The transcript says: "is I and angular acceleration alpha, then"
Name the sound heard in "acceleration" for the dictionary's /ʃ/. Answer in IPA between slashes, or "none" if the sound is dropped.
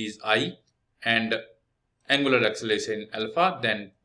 none